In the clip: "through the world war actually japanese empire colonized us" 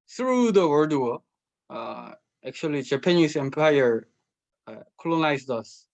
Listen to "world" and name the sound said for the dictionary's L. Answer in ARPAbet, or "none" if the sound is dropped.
none